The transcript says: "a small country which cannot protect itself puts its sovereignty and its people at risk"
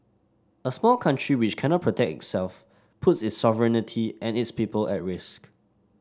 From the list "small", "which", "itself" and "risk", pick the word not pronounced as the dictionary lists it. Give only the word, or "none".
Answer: none